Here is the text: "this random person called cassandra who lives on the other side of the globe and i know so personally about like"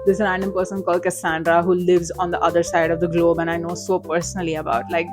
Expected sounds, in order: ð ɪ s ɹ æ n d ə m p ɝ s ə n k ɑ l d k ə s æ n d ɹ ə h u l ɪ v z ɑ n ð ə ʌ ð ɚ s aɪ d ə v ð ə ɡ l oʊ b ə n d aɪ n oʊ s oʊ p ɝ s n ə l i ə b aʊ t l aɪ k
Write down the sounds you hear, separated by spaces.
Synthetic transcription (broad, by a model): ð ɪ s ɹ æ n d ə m p ɝ s ə n k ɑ l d k ə s æ n d ɹ ə h u l ɪ v z ɑ n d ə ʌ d ɚ s aɪ d ə v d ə ɡ l oʊ b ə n aɪ n oʊ s oʊ p ɝ s n ə l i ə b aʊ t l aɪ k